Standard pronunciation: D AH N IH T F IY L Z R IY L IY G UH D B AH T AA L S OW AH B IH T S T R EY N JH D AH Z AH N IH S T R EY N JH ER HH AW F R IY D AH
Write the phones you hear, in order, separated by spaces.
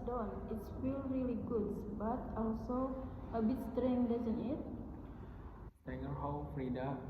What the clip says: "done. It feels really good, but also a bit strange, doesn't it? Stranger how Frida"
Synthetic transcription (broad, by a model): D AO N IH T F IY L R IY L IY G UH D B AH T AA L S OW AH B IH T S T R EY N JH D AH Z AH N IH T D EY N ER HH AW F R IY D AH